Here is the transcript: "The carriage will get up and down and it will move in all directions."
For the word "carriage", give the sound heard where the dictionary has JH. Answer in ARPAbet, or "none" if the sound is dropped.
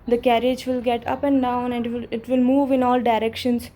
JH